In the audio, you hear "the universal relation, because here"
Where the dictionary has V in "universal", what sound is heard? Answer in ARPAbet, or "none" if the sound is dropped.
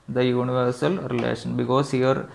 V